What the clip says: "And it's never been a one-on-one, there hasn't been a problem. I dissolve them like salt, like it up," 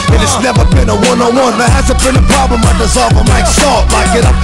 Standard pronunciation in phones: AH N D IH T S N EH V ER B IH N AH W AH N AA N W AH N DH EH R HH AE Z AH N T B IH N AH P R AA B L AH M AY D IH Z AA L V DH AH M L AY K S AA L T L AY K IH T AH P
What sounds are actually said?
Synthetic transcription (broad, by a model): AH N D IH T S N EH V ER B IH N AH W AH N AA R W AH N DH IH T HH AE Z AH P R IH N AH P R AA B L AH M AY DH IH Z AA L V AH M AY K S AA T L AY K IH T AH